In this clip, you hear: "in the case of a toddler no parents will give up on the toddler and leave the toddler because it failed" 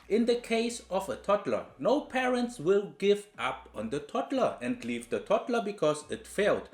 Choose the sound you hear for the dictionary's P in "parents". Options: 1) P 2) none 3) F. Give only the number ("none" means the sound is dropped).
1